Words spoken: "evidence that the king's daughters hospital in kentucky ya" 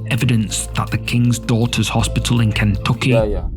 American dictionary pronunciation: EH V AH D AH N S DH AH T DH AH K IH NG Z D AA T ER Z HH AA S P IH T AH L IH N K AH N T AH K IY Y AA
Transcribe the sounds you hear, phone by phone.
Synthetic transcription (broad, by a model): EH V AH D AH N S DH AH T DH AH K IH NG Z D AA T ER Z HH AA S P IH T AH L IH N K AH N T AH K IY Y